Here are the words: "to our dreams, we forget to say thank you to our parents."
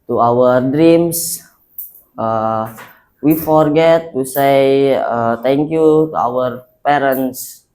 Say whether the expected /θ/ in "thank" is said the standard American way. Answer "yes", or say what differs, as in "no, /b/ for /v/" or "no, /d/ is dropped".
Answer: no, /t/ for /θ/